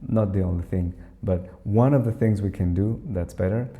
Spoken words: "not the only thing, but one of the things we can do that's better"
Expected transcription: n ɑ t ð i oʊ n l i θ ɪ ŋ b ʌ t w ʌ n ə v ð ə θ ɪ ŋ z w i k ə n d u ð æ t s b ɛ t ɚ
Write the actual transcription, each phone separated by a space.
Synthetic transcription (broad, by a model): n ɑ t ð i oʊ n l i θ ɪ ŋ b ʌ t w ʌ n ə v ð ə θ ɪ ŋ z w i k ə n d u ð æ t s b ɛ t ɚ